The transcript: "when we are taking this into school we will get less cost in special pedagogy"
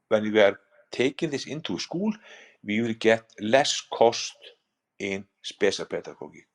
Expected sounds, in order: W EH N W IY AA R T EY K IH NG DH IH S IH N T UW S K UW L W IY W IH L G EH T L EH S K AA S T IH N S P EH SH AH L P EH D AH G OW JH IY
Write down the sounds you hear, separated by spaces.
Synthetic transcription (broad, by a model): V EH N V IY AA R T EY K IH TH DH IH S IH N T UW S K UW L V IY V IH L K EH T L EH S K AA S T IH N S P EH S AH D P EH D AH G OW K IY